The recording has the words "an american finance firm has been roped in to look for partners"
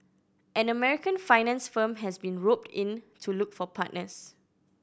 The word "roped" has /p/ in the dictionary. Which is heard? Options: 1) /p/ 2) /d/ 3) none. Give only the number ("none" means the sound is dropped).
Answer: 1